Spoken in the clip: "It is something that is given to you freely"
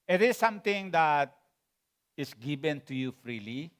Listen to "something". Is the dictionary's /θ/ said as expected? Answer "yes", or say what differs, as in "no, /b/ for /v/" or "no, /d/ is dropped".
no, /t/ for /θ/